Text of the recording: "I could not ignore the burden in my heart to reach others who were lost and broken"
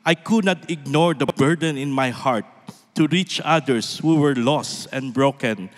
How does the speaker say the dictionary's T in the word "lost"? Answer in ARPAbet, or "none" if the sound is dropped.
T